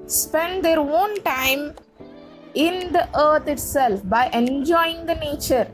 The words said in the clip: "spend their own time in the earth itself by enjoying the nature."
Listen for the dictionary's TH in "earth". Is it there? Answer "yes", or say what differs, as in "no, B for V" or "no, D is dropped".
no, T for TH